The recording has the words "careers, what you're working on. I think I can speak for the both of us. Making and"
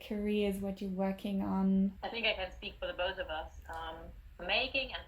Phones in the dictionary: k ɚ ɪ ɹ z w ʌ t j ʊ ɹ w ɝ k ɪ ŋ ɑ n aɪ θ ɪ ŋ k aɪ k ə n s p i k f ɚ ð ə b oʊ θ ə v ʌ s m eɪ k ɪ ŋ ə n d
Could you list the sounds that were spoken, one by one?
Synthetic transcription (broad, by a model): k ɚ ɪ z w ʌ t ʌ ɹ w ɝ k ɪ ŋ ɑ n aɪ θ ɪ ŋ k aɪ k ə n s p i k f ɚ ð ə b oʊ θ ə v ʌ s m eɪ k ɪ ŋ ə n